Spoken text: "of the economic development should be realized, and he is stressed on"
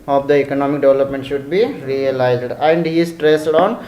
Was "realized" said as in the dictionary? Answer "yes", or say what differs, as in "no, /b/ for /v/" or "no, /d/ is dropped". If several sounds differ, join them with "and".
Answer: yes